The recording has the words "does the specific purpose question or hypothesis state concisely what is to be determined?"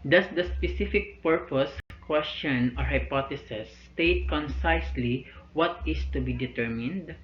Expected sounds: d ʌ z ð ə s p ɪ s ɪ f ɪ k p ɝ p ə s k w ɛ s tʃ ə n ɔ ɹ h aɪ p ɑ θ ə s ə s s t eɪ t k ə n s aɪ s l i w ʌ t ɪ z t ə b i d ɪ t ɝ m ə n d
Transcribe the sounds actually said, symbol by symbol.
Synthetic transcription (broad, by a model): d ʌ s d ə s p ɪ s ɪ f ɪ k p ɝ p ə s k w ɛ s tʃ ə n ɔ ɹ h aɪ p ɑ t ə s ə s s t eɪ t k ə n s aɪ s l i w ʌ t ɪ s t ə b i d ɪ t ɝ m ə n d